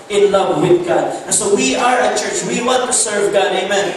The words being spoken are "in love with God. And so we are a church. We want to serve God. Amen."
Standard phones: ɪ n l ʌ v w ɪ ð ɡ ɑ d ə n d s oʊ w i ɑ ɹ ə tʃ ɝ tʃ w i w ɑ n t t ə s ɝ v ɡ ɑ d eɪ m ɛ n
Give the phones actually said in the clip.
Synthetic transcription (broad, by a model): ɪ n l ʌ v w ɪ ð ɡ ɑ d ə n s oʊ w i ɑ ɹ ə tʃ ɝ tʃ w i w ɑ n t t ə s ɝ v ɡ ɑ d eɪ m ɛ n